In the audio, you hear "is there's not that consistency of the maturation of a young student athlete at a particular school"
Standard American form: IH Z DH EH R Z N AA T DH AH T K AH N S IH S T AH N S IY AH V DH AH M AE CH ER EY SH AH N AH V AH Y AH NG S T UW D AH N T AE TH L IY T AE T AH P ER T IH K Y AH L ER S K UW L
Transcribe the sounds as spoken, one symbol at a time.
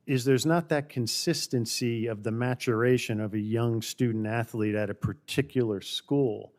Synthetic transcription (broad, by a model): IH Z DH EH R Z N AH T DH AH T K AH N S IH S T AH N S IY AH V DH AH M AE CH ER EY SH AH N AH V AH Y AH NG S T UW D N T AE TH L IY T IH T AH P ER T IH K Y L ER S K UW L